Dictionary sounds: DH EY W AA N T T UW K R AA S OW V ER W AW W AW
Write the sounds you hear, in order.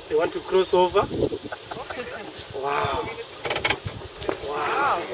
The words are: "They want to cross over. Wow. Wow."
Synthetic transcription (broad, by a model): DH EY W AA N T T UW K R AA S OW V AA W AW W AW